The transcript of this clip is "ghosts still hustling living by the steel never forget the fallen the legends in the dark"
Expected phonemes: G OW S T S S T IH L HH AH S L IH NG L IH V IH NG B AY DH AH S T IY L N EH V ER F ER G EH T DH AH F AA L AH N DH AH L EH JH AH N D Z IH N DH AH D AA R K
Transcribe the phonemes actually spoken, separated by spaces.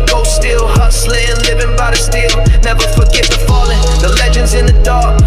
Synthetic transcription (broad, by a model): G OW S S S T IH L HH AH S L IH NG L IH V IH NG B AY DH AH S T IY L N EH V ER F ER G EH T DH AH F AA L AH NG DH AH L EH JH AH N D Z IH N DH AH D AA R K